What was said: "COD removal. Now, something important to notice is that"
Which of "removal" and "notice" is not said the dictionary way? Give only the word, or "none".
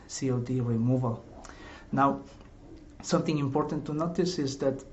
none